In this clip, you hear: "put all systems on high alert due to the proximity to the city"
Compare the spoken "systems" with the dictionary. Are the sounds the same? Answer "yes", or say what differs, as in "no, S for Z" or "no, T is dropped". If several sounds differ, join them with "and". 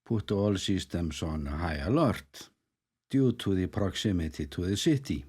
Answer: no, S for Z